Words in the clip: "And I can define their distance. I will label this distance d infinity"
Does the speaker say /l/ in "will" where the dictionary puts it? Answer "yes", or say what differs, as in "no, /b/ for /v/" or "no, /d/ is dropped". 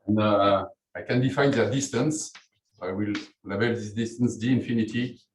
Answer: yes